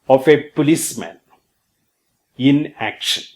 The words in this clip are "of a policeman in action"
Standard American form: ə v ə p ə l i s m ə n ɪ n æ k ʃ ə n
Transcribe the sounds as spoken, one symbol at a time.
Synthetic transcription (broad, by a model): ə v ə p ə l i s m ə n ɪ n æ k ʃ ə n